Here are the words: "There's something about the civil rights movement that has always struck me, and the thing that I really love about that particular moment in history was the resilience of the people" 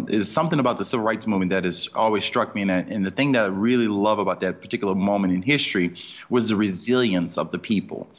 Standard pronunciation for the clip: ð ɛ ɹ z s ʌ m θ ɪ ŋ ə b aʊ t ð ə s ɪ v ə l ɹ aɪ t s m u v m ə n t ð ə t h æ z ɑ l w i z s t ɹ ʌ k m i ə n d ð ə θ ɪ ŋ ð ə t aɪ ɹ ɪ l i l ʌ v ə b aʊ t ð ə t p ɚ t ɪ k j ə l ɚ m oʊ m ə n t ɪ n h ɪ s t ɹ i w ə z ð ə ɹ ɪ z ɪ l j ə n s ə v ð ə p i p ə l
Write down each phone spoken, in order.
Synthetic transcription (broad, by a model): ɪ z s ʌ m θ ɪ ŋ ə b aʊ t ð ə s ɪ v l ɹ aɪ t s m u v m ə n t ð ə t h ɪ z ɑ l w i z s t ɹ ʌ k m i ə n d ð ə θ ɪ ŋ ð ə t aɪ ɹ ɪ l i l ʌ v ə b aʊ t ð ə t p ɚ t ɪ k j l ɚ m oʊ m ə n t ɪ n h ɪ s t ɹ i w ə z ð ə ɹ ɪ z ɪ l j ə n s ə v ð ə p i p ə l